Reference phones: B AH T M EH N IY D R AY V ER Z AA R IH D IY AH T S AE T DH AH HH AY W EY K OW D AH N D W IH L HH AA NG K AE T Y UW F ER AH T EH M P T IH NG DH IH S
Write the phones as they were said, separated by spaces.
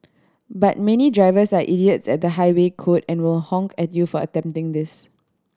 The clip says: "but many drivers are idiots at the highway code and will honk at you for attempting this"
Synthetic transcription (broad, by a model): B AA T M EH N IY D R AY V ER S AA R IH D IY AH T S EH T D AH HH AY W EY K OW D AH N W IH L HH AA NG K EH T Y UW F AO AH T EH M P T IH NG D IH S